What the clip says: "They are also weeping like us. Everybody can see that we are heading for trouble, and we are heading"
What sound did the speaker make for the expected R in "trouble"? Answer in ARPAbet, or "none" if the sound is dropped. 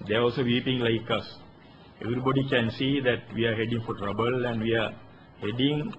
R